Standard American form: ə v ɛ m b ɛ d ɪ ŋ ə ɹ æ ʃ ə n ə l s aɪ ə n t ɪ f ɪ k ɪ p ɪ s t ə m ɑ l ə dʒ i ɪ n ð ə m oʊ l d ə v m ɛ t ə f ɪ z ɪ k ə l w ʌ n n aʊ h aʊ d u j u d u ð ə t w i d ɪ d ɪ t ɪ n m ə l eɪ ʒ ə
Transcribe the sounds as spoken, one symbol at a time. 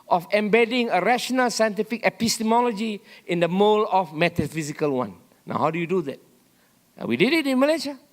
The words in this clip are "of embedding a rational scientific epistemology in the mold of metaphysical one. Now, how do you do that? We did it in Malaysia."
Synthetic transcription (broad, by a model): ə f ɛ m b ɛ d ɪ ŋ ə ɹ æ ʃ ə n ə l s aɪ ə n t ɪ f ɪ k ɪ p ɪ s t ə m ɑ l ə dʒ i ɪ n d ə m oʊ l ə f m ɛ t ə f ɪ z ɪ k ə l w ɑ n n aʊ h aʊ d u j u d u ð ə t w i d ɪ d ɪ t ɪ n m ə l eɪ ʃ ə